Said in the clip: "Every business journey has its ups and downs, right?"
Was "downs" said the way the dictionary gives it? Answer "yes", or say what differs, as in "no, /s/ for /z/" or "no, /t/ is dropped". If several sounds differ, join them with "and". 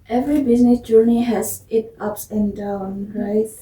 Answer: no, /z/ is dropped